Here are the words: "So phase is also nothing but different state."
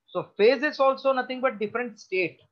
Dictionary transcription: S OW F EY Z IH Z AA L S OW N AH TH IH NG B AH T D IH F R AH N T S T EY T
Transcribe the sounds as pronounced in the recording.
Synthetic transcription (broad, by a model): S OW F EY Z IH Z AA L S OW N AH T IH NG B AH T D IH F R AH N T S T EY T